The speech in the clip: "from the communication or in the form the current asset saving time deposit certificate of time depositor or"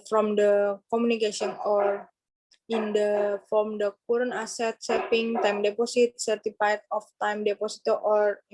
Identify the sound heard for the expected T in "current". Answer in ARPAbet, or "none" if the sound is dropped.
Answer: none